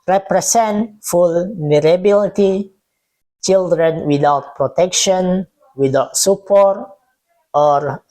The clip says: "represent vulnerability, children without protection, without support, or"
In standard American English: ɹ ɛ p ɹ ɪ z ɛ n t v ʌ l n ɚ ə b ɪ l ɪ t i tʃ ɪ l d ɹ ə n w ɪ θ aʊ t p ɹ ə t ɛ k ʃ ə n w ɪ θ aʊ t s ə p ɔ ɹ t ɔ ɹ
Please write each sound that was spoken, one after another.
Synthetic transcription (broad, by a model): ɹ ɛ p ɹ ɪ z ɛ n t f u l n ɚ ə b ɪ l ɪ t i tʃ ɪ l d ɹ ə n w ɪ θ aʊ t p ɹ ə t ɛ k ʃ ə n w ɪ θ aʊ t s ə p ɔ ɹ t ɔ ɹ